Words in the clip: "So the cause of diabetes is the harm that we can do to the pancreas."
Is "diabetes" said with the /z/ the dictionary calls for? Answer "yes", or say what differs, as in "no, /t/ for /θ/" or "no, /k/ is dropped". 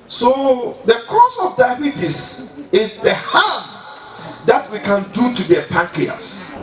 no, /s/ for /z/